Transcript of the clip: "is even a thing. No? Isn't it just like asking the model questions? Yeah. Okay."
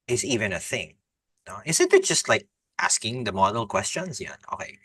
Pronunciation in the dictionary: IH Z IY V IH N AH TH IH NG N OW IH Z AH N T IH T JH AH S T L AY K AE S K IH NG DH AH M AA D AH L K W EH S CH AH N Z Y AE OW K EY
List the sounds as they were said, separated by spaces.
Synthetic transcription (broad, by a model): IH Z IY V IH N AH TH IH NG N OW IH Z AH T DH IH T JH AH S T L AY K AE S K IH NG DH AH M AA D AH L K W EH S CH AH N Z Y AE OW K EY